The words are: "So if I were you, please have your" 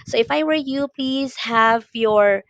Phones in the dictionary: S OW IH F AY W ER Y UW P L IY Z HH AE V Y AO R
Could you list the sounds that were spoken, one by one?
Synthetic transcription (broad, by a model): S OW IH F AY W ER Y UW P L IY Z HH AE V Y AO R